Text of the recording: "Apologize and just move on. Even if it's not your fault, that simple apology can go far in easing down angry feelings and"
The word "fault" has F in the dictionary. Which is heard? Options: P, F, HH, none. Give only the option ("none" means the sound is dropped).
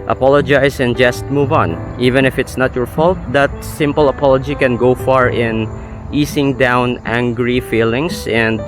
F